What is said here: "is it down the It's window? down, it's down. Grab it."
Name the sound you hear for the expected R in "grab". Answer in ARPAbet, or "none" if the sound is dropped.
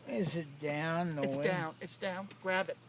R